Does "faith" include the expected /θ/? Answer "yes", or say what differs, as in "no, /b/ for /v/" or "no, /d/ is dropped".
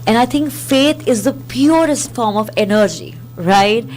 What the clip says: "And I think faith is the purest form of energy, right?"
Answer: no, /t/ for /θ/